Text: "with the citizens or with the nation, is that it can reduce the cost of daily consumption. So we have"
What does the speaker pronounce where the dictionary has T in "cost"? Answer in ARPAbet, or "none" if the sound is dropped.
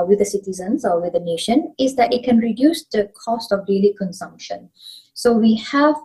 T